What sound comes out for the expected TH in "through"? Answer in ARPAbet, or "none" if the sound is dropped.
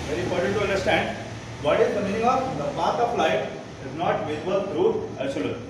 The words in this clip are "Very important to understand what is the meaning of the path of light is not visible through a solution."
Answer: T